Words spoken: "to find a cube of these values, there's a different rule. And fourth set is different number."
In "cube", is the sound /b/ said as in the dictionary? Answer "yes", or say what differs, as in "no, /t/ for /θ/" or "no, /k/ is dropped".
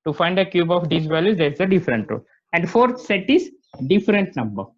yes